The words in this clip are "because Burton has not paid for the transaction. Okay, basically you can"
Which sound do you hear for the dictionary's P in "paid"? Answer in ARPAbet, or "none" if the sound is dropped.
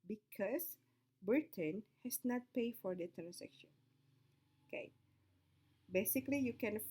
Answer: P